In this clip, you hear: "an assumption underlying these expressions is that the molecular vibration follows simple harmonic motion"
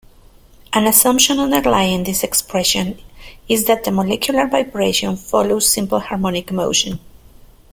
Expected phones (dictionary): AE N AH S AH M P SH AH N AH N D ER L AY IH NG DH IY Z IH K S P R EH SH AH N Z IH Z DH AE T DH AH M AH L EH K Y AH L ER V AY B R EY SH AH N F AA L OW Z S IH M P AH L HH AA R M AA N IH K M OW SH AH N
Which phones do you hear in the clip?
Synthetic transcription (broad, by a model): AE N AH S AH M P SH AH N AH N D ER L AY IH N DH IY S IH K S P R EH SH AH N IH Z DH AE T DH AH M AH L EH K Y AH L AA V AY B R EY SH AH N F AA L OW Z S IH M P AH L HH AA R M AA N IH K M OW SH AH N